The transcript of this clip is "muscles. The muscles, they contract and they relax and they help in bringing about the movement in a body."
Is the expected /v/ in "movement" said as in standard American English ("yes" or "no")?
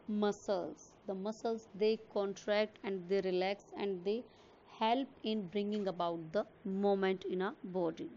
no